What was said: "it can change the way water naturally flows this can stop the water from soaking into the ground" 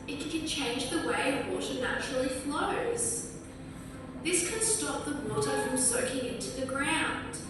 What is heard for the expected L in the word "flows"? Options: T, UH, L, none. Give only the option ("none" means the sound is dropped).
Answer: L